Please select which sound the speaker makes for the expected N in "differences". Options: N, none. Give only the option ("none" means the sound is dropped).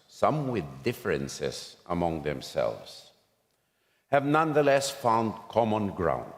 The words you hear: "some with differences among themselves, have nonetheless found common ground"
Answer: N